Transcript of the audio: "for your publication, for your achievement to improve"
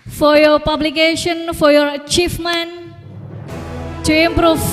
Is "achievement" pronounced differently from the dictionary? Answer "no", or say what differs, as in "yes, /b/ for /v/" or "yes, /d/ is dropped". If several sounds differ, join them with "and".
yes, /f/ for /v/